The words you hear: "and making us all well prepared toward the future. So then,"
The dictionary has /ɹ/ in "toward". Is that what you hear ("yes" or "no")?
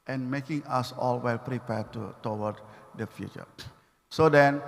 no